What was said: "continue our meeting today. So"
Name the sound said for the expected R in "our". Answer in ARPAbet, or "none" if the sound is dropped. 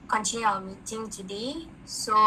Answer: L